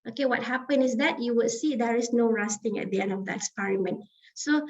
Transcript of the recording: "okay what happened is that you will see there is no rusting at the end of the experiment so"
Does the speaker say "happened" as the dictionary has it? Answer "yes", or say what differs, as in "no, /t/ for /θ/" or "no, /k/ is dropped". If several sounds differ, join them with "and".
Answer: no, /d/ is dropped